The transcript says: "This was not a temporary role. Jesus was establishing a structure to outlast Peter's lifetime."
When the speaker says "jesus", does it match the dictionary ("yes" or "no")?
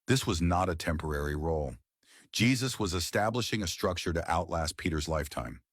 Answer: yes